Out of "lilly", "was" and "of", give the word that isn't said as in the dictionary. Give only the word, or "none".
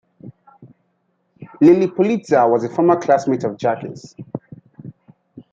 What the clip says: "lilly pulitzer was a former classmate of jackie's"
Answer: none